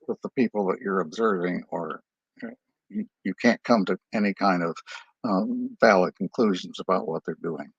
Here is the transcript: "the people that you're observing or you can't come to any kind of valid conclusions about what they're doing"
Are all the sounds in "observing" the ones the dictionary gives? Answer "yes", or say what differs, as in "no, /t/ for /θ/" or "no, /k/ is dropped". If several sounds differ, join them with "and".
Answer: yes